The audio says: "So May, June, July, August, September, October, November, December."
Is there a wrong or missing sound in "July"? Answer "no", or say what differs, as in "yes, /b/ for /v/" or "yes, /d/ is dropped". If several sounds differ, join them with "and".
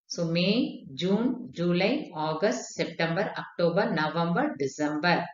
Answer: no